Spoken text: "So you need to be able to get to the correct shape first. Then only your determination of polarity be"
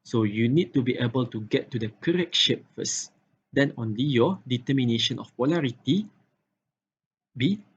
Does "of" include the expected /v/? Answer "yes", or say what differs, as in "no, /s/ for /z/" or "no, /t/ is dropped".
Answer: no, /f/ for /v/